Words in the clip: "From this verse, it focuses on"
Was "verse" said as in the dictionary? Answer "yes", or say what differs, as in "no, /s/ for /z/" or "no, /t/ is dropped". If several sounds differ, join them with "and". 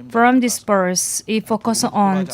no, /p/ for /v/